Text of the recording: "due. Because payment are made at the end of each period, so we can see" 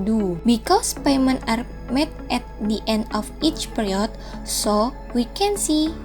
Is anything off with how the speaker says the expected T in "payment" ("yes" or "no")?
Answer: yes